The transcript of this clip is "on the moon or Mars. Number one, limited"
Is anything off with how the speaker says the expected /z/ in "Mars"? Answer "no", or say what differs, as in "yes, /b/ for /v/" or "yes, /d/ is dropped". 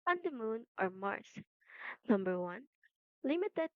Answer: yes, /s/ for /z/